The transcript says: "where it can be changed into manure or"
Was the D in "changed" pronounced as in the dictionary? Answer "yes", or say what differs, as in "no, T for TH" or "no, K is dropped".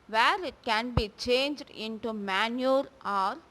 yes